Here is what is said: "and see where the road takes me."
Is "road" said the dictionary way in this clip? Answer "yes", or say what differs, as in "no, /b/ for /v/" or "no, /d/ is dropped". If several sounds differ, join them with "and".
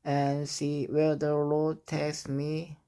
no, /l/ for /ɹ/